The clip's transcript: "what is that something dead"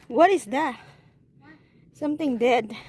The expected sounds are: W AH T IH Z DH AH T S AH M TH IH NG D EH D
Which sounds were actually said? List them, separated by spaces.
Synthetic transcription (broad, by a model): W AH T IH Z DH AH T S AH M T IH NG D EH D